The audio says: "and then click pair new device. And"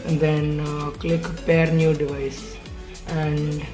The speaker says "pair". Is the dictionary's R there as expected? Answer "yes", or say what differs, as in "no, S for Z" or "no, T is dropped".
yes